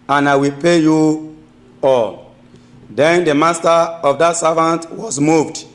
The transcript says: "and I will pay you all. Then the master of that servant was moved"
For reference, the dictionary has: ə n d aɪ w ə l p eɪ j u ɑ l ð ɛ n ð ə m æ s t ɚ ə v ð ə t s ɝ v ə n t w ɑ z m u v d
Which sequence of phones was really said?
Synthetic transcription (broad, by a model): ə n aɪ w ə l p eɪ j u ɑ l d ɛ n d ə m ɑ s t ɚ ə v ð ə t s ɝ v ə n t w ɑ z m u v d